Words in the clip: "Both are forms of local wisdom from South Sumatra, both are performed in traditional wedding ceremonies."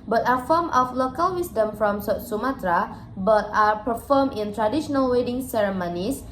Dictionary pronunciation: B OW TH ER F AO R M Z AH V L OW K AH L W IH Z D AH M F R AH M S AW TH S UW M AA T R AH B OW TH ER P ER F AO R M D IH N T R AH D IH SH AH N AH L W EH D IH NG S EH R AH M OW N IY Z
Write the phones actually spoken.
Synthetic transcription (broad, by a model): B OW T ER F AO M AH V L OW K AH L W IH S D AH M F R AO M S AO T S UW M AA T R AH B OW T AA P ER F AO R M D IH N T R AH D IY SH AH N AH L W EH D IH NG S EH R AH M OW N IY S